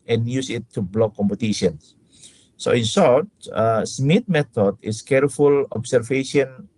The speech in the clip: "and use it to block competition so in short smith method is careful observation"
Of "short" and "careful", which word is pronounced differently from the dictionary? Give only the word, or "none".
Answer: short